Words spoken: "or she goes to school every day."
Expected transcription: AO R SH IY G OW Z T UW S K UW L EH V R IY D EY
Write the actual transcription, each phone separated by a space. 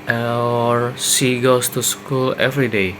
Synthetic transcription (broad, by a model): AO R S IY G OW S T UW S K UW L EH V R IY D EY